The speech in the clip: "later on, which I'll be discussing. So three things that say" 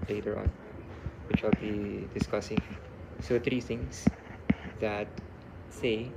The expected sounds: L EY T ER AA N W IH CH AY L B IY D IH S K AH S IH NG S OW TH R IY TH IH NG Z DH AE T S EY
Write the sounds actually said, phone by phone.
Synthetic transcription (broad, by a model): L EY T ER AA N W IH CH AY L B IY D IH S K AH S IH NG S OW T R IY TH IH NG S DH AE T S EY